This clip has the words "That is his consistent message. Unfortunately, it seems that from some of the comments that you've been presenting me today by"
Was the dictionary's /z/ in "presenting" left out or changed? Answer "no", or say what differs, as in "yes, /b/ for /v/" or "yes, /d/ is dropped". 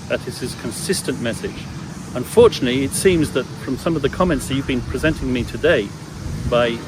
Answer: no